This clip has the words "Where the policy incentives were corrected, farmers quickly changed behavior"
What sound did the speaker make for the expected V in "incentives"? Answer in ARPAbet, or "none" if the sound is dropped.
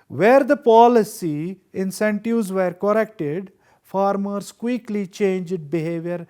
none